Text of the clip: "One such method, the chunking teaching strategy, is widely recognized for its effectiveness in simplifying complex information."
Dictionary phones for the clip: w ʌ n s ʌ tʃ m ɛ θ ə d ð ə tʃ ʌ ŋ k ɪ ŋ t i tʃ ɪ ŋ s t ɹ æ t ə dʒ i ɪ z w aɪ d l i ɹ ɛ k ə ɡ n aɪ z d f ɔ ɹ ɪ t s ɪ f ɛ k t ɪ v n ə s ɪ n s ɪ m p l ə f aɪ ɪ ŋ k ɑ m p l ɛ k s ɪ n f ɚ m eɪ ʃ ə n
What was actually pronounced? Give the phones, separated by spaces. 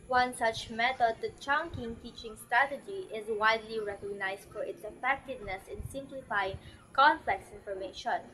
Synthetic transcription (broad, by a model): w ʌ n s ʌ tʃ m ɛ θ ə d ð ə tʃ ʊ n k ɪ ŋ t i tʃ ɪ ŋ s t ɹ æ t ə dʒ i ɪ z w aɪ d l i ɹ ɛ k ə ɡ n aɪ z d f ɔ ɹ ɪ t s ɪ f ɛ k t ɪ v n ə s ɪ n s ɪ m p l ə f aɪ ɪ ŋ k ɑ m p l ɛ k s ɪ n f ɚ m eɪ ʃ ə n